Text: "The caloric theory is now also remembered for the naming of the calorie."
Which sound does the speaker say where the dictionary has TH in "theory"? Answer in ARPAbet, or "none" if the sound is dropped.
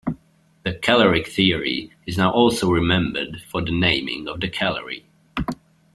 TH